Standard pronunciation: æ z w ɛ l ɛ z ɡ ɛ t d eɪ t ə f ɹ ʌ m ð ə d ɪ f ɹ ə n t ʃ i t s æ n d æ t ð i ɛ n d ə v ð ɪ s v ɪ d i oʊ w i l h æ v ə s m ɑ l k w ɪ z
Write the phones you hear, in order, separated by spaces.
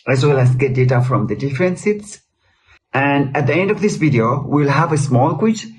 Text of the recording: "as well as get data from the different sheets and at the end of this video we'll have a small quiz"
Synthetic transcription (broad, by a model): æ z w ɛ l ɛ s ɡ ɛ t d eɪ t ə f ɹ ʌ m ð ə d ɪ f ɹ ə n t s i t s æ n d æ t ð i ɛ n d ə v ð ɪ s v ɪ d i oʊ w i l h æ v ə s m ɑ l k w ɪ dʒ